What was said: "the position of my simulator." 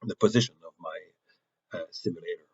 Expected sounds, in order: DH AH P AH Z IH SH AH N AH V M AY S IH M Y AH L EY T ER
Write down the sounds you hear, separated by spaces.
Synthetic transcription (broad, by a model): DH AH P AH Z IH SH AH N AH V M AY S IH M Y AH L EY T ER